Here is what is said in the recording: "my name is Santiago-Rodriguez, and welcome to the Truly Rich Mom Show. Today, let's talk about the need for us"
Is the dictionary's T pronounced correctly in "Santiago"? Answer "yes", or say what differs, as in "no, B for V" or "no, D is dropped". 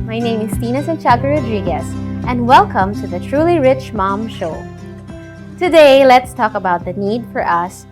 no, S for T